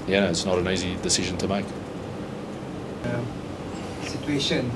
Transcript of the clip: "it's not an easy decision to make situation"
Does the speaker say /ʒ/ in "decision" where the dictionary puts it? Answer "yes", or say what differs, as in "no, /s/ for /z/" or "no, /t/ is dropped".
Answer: yes